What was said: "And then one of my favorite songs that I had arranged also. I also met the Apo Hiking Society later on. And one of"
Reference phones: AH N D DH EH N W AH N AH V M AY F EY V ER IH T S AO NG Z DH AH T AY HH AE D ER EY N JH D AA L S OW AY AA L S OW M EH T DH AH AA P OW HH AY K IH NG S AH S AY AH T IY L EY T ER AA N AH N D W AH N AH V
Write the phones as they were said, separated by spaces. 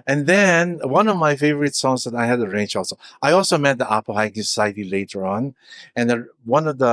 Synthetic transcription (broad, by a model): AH N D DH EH N W AH N AH V M AY F EY V ER IH T S AO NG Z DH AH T AY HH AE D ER EY N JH AA L S OW AY AA L S OW M EH T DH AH AA P OW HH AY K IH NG S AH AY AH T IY L EY T ER AA N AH N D W AH N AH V